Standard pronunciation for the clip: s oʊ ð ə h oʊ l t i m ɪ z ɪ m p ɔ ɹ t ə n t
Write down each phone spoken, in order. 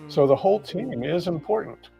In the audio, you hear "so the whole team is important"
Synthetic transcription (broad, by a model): s oʊ ð ə h oʊ l t i m ɪ z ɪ m p ɔ ɹ t n t